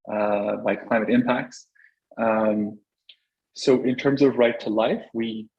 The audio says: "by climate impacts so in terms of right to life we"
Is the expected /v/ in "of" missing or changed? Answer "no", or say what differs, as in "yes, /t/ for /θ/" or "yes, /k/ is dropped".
no